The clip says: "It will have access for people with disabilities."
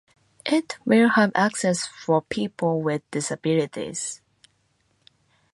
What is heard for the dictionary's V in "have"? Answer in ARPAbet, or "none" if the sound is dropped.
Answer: V